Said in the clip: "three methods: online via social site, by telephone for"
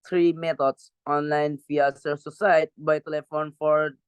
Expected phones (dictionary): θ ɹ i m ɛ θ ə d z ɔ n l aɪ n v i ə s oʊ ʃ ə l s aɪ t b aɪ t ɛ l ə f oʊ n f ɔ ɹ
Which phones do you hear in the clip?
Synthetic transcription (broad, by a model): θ ɹ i m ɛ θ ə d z ɔ n l aɪ n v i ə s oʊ s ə s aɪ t b aɪ t ɛ l ə f oʊ n f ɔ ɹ